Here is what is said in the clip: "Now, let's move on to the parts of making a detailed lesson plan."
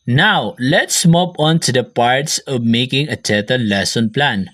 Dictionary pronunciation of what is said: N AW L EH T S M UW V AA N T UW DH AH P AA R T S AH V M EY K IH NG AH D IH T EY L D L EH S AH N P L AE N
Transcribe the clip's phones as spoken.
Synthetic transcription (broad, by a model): N AW L EH T S M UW P AA N T UW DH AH P AA R T S AH V M EY K IH NG AH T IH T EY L L EH S AH N P L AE N